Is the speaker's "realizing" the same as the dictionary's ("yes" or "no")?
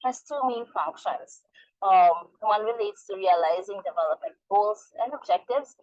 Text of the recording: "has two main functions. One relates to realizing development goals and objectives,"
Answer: yes